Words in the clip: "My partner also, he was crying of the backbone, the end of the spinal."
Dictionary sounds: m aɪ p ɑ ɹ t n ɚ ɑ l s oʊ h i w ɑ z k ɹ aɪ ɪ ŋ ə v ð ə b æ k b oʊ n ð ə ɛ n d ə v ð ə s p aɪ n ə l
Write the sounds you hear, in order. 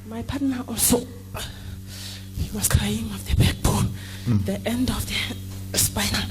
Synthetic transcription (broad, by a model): m aɪ p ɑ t n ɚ ɑ l s oʊ h i w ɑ s k ɹ aɪ ɪ ŋ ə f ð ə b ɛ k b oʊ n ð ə ɛ n d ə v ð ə s p aɪ n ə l